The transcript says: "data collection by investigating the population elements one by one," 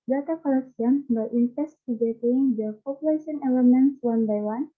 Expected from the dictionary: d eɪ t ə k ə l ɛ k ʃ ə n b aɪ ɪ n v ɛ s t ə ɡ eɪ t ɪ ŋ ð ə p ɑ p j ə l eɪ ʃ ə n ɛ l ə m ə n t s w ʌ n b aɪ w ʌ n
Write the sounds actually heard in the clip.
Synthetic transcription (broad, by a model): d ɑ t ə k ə l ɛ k s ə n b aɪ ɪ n f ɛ s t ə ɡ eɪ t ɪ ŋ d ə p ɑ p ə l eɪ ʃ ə n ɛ l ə m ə n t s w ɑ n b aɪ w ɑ n